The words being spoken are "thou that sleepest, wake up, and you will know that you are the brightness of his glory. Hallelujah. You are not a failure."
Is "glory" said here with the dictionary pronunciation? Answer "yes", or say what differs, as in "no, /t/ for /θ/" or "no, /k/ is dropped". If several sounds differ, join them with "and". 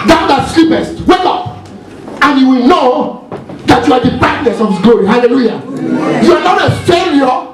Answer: no, /l/ is dropped